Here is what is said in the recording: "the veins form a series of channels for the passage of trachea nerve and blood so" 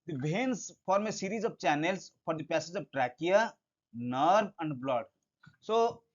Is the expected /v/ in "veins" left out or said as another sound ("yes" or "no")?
yes